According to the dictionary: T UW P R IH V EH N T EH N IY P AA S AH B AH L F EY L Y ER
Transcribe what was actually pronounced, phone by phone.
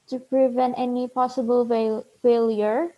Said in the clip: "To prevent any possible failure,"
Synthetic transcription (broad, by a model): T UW P R IH V EH N T EH N IY P AA S AH B AH L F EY L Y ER